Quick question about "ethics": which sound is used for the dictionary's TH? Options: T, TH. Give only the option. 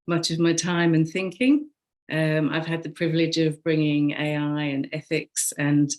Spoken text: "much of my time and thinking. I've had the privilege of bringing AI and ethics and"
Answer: TH